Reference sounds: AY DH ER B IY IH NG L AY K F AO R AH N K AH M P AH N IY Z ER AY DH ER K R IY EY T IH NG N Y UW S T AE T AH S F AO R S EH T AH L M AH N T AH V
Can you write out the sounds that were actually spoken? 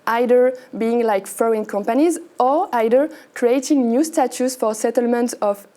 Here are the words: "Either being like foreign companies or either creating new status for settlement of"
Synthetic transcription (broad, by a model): AY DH ER B IY IH NG L AY K F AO AH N K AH M P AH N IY Z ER AY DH ER K R IY EY T IH NG N Y UW S T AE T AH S F AO R S EH T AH L M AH N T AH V